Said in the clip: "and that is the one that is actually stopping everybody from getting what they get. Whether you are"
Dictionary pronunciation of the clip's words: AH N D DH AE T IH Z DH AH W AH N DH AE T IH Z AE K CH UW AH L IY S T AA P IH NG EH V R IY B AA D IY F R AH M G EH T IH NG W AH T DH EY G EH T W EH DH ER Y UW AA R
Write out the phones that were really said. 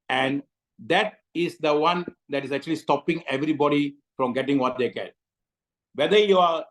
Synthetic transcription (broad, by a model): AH N D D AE T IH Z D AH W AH N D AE T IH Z AE K CH UW AH L IY S T AA P IH NG EH V R IY B AA D IY F R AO M G EH T IH NG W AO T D EY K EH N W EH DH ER Y UW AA R